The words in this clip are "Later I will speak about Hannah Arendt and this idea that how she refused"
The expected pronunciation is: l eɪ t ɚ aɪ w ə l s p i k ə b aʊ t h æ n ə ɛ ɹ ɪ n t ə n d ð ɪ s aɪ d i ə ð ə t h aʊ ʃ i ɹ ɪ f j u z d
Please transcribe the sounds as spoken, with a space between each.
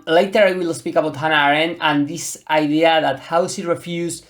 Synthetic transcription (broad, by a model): l eɪ t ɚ aɪ w ə l s p i k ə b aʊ t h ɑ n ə ɹ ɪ n ə n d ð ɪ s aɪ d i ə ð ə t h aʊ s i ɹ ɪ f j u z